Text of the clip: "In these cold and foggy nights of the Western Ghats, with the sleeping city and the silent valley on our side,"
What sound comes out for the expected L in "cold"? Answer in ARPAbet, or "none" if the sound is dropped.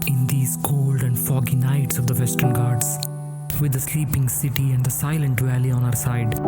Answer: L